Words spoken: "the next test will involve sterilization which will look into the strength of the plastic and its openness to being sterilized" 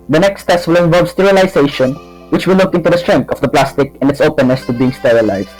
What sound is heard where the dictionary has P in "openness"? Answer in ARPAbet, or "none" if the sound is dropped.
P